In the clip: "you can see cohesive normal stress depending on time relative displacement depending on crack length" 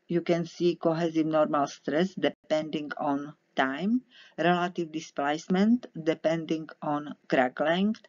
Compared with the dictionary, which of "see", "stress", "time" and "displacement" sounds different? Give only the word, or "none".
none